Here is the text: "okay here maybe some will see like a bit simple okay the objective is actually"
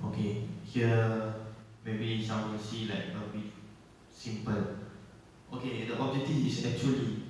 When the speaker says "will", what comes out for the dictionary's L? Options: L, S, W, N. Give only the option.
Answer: N